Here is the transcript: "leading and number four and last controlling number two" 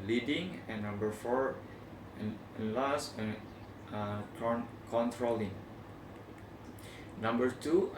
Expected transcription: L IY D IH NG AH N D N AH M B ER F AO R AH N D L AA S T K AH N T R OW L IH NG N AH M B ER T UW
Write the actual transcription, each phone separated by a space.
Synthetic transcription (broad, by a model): L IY D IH NG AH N N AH M B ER F AO R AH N L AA S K K AH N T R OW L IH NG N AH M B ER T UW